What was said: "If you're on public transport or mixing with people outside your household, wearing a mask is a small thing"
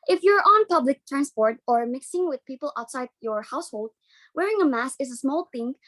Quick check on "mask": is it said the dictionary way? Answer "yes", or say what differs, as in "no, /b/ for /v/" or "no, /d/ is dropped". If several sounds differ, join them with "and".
no, /k/ is dropped